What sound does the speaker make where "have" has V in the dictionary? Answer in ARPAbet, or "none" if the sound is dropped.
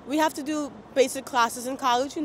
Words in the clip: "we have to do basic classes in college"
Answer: F